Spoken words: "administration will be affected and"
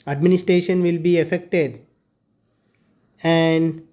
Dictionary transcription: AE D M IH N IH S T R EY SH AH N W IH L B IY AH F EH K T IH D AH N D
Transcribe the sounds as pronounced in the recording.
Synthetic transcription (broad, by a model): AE D M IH N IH S T R EY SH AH N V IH L B IY AH F EH K T IH D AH N D